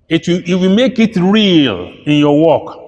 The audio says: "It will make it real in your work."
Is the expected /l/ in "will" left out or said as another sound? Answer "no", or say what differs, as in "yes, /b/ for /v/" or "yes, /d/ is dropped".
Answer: yes, /w/ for /l/